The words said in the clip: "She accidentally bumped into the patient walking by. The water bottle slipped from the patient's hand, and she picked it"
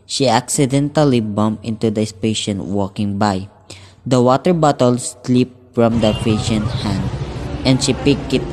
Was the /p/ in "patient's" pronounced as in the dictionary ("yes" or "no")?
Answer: no